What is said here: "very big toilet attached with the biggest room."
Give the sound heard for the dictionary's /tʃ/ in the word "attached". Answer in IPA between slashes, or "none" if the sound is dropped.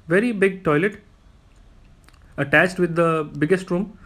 /tʃ/